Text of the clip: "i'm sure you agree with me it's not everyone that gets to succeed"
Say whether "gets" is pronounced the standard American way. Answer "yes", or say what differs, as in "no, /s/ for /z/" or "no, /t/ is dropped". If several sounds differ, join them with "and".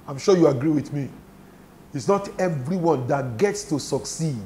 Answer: yes